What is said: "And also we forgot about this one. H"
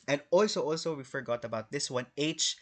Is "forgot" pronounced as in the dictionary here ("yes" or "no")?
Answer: yes